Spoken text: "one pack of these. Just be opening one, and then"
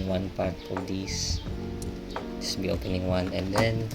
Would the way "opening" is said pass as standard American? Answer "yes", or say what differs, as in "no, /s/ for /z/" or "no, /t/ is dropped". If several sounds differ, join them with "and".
yes